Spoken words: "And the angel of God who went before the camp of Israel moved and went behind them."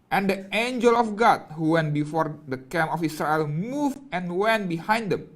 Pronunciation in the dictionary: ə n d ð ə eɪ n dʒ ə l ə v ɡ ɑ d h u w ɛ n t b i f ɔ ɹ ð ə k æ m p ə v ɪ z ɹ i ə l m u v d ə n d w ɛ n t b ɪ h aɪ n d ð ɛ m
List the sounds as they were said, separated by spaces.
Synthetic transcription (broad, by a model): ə n d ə eɪ n dʒ ə l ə f ɡ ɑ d h u w ɛ n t b i f ɔ ɹ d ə k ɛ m ə f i s ɹ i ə l m u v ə n w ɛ n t b ɪ h aɪ n d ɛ m